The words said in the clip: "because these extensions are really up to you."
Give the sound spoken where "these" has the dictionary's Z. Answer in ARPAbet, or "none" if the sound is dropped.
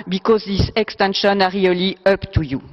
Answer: S